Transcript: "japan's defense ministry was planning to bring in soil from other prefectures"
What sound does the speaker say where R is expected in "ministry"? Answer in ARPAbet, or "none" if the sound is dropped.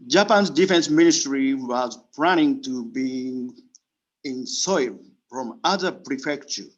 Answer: R